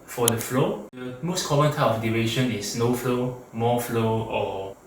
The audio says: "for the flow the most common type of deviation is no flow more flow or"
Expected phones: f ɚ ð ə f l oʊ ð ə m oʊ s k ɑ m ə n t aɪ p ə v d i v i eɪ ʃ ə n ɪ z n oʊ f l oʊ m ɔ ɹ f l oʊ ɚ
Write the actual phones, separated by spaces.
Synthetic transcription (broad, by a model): f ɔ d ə f l oʊ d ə m oʊ s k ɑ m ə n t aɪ ə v d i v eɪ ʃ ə n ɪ s n oʊ f l oʊ m ɔ f l oʊ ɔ